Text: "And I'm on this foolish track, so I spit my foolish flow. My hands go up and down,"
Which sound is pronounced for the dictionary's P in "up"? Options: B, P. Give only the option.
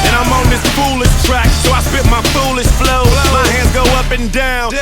P